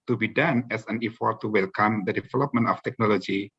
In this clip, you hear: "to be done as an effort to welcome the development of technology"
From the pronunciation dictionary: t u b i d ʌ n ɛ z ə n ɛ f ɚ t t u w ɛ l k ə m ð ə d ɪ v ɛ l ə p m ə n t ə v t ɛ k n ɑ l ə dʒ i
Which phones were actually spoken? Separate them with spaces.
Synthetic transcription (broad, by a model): t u b i d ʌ n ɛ s ə n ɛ f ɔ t t u w ɛ l k ə m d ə d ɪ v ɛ l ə p m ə n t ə f t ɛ k n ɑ l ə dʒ i